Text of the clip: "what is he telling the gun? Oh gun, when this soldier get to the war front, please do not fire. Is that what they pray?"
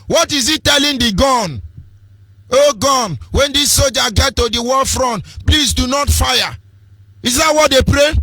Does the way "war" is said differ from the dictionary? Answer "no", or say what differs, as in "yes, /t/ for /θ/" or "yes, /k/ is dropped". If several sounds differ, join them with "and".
yes, /l/ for /ɹ/